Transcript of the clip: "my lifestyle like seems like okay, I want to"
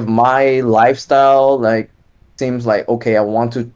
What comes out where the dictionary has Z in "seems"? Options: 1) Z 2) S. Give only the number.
1